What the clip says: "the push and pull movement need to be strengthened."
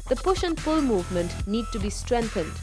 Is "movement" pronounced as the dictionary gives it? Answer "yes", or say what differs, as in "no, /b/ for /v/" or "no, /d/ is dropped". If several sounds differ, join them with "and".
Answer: yes